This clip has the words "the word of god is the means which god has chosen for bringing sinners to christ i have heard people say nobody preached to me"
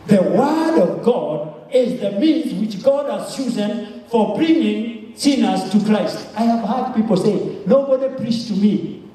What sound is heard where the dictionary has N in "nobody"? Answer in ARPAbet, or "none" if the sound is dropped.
N